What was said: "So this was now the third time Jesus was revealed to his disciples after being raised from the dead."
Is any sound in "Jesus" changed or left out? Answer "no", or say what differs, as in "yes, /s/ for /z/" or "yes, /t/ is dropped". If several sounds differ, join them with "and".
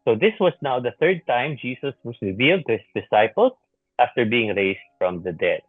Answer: yes, /s/ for /z/